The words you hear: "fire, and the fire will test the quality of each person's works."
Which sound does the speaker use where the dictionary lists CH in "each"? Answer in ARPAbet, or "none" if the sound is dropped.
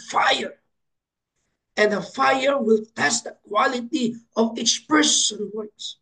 S